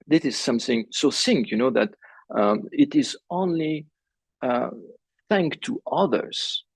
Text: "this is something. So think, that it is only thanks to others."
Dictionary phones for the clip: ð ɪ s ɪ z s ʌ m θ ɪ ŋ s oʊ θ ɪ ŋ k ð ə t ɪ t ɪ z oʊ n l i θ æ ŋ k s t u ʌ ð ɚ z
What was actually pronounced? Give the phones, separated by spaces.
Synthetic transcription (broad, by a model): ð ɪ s ɪ z s ʌ m θ ɪ ŋ s oʊ s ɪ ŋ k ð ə t ɪ t ɪ z oʊ n l i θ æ ŋ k t u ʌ ð ɚ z